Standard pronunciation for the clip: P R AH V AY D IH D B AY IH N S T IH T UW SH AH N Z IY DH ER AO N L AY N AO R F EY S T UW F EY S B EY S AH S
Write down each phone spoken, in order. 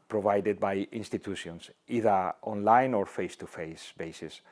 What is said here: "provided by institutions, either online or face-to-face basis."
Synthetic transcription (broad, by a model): P R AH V AY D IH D B AY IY N S T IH T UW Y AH N S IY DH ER AO N L AY N AO R F EY S T UW F EY S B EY S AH S